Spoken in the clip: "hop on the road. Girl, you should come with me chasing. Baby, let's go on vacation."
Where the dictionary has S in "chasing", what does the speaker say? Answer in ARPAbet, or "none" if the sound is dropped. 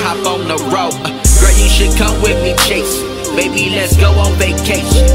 none